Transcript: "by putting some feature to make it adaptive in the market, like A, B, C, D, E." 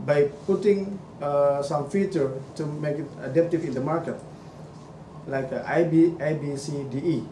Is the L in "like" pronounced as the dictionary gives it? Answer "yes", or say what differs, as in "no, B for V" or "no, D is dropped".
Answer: yes